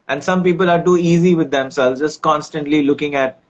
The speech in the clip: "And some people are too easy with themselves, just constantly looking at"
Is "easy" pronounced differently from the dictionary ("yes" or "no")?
no